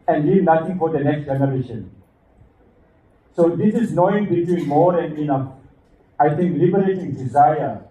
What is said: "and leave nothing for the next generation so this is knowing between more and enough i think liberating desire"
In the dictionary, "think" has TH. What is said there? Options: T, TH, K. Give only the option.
T